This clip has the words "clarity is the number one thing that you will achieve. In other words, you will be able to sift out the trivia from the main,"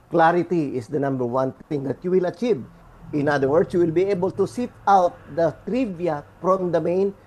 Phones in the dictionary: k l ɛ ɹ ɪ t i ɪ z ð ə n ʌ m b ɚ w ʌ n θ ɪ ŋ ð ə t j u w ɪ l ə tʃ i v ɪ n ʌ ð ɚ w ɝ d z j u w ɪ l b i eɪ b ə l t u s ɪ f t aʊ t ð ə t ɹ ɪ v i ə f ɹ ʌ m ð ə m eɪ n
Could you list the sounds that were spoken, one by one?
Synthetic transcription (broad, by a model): k l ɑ ɹ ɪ t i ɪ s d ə n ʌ m b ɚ w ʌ n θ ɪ ŋ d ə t j u w ɪ l ə tʃ i v ɪ n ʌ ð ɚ w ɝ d s j u w ɪ l b i eɪ b ə l t u s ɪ t aʊ t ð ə t ɹ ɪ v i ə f ɹ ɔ m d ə m eɪ n